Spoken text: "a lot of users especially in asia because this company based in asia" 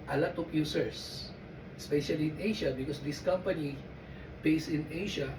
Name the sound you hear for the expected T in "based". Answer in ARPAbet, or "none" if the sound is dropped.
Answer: none